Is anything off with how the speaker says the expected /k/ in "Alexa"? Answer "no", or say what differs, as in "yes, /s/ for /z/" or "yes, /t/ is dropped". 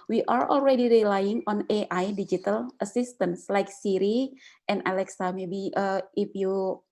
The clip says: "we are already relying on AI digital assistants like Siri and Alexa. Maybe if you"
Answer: no